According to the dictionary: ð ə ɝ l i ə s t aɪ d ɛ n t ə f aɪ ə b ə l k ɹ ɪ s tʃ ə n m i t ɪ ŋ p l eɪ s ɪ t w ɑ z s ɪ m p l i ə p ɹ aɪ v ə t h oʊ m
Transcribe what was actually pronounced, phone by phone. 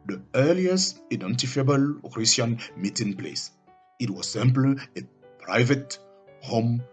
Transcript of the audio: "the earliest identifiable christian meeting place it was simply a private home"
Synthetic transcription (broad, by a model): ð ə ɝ l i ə s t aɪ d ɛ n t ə f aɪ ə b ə l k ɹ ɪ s ə n m i t ɪ ŋ p l eɪ s ɪ t w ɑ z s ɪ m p l ə p ɹ aɪ v ə t h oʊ m